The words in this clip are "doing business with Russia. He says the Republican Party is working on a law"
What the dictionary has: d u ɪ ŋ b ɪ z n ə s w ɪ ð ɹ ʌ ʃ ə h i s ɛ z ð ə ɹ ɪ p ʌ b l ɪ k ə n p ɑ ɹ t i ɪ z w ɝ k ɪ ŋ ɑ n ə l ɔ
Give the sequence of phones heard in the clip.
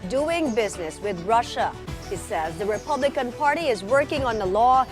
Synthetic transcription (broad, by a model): d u ɪ ŋ b ɪ z n ə s w ɪ ð ɹ ʌ ʃ ə h i s ɛ z ð ə ɹ ɪ p ʌ b l ɪ k ə n p ɑ ɹ t i ɪ z w ɝ k ɪ ŋ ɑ n ə l ɔ